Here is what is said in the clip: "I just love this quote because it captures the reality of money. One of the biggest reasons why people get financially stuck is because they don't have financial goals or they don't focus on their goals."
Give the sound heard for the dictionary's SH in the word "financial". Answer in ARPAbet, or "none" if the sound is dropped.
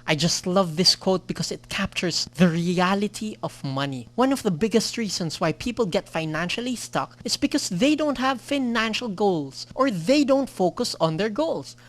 SH